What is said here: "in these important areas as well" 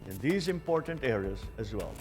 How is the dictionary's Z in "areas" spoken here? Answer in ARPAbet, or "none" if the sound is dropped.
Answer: Z